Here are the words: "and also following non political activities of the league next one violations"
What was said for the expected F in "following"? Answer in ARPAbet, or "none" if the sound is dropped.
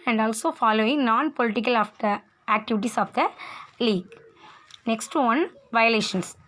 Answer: F